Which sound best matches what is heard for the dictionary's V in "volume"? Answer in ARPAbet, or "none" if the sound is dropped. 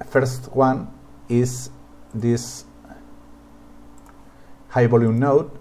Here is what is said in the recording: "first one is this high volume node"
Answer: B